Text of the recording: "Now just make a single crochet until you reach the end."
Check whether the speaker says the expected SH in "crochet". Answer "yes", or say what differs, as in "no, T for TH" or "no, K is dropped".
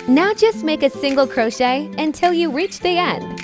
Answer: yes